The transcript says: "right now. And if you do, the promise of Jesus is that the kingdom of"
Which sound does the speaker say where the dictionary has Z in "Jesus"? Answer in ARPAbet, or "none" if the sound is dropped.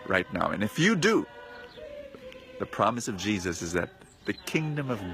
Z